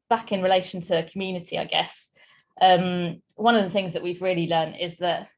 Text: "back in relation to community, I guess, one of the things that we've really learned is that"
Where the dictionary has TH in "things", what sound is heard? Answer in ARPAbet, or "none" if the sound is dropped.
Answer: TH